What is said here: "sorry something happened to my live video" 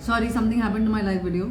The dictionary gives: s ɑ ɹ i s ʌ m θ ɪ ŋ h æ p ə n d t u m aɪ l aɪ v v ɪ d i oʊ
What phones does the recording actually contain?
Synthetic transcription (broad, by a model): s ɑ ɹ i s ʌ m t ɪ ŋ h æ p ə n t u m aɪ l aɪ f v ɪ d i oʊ